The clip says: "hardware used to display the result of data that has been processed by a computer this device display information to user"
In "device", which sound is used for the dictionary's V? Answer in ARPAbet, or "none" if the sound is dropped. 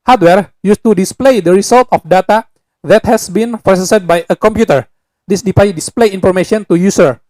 P